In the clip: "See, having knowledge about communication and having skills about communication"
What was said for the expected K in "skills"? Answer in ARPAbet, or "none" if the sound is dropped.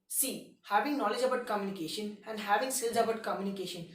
none